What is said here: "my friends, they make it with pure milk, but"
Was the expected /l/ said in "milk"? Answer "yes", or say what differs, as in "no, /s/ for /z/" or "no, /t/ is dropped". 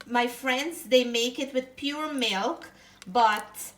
yes